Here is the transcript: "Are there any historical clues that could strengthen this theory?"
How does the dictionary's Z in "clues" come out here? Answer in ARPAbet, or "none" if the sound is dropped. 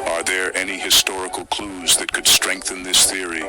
Z